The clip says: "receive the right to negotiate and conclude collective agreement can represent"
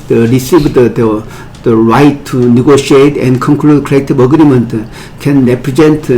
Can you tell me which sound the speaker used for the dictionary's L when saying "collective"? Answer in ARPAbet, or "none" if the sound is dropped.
none